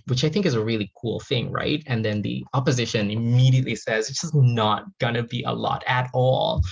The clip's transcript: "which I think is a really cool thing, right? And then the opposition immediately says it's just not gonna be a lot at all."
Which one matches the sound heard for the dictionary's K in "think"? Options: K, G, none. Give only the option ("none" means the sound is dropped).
K